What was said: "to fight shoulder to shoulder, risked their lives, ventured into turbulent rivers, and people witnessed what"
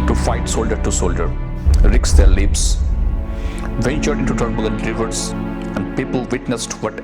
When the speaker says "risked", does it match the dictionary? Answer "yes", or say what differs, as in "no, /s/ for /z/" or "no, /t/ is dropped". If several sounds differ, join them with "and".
no, /s/ is dropped